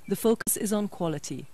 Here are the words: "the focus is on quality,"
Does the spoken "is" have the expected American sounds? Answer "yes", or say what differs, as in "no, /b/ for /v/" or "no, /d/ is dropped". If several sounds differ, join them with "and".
yes